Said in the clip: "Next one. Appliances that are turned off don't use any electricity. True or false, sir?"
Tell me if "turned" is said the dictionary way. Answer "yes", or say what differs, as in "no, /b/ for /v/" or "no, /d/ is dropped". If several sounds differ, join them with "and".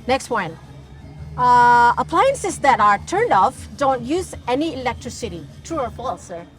yes